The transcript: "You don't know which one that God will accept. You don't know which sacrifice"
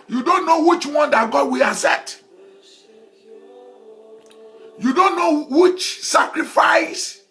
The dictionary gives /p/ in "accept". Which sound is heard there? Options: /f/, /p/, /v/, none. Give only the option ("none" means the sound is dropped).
none